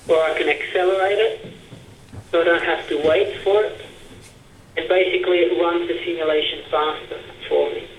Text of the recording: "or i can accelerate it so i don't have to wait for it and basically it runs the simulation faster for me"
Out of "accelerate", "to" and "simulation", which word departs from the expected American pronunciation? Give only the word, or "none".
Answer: none